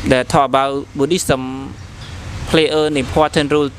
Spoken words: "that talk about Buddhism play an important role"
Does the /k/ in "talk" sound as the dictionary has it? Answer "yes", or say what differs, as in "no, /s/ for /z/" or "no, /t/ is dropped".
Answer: no, /k/ is dropped